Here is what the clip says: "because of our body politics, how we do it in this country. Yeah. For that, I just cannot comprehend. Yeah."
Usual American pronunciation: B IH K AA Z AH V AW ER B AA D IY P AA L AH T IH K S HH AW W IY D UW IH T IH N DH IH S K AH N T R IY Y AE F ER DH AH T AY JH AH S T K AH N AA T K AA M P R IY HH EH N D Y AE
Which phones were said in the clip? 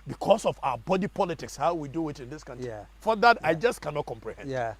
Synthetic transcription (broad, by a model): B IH K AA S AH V AW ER B AA D IY P AA L AH T IH K S HH AW W IY D UW IH T IH N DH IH S K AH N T IY F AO DH AH T AY JH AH S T K AH N AA T K AA M P R IY HH EH N D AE